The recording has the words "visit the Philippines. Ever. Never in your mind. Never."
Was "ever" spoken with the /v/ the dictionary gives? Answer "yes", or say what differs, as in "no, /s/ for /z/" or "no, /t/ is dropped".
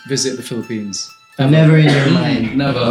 no, /v/ is dropped